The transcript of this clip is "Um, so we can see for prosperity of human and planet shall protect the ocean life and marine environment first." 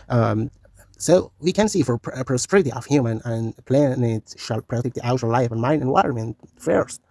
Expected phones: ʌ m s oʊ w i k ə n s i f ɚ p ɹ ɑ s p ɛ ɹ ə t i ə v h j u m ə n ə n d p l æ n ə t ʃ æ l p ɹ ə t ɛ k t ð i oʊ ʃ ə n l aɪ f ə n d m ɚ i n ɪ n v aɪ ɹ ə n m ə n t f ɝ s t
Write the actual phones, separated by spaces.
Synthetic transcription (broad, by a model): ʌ m s oʊ w i k ə n s i f ɚ p ɹ ɑ s p ɛ ɹ ə t i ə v h j u m ə n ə n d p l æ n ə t ʃ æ l p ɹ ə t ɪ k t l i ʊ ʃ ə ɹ l aɪ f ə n m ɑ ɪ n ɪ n w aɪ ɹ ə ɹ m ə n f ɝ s